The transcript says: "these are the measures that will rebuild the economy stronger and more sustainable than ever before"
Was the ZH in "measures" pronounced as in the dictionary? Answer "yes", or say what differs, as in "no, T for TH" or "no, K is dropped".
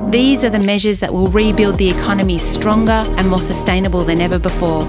yes